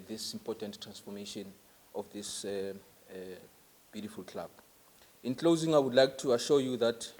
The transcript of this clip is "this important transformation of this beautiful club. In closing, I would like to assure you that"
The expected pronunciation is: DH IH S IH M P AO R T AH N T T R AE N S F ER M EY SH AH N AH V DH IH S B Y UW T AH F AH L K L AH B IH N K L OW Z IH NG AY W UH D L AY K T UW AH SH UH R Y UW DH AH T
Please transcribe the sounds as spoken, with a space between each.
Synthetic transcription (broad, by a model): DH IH S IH M P AO T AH N T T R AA N S F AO M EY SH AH N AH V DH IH S B Y UW T AH F AH L K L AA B IH N K L OW Z IH NG AY W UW D L AY K T UW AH SH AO Y UW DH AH T